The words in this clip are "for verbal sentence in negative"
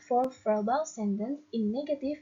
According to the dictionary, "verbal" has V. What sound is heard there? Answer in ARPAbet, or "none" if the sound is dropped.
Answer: F